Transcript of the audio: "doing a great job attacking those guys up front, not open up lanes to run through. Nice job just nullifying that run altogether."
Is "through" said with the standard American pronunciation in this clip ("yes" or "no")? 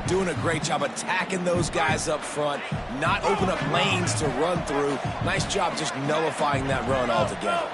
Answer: yes